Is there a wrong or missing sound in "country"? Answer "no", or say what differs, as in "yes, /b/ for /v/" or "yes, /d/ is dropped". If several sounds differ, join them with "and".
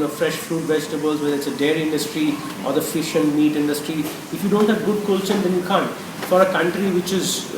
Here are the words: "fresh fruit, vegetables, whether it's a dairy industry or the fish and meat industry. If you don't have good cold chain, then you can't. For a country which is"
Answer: no